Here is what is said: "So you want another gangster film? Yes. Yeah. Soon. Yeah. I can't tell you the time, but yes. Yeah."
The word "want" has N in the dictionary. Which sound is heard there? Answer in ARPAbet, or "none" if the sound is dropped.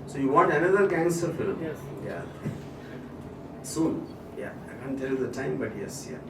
none